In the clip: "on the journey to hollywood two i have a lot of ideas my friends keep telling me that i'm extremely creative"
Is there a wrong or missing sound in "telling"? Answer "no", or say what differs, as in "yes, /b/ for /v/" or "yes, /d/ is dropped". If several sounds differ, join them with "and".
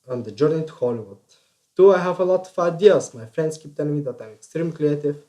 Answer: yes, /n/ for /l/